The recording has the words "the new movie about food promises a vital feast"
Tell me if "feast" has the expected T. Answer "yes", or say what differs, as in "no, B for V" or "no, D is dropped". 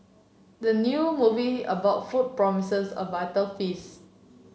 no, T is dropped